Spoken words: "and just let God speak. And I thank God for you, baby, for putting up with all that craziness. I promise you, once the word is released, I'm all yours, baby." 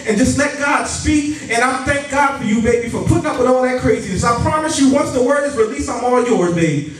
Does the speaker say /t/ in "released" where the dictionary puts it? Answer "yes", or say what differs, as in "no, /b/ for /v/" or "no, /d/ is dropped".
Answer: no, /t/ is dropped